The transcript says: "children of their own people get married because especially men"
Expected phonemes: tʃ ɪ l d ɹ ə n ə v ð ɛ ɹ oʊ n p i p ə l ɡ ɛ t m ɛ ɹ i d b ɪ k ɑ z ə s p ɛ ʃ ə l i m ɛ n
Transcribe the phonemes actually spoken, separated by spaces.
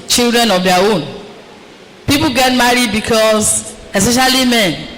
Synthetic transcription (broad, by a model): tʃ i l d ɹ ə n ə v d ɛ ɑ oʊ n p i p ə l ɡ ɛ t m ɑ ɹ i d b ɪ k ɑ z ə s p ɛ ʃ ə l i m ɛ n